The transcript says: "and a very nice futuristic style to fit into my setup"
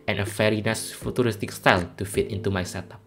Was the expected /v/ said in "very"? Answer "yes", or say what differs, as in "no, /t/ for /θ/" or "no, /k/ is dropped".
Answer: no, /f/ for /v/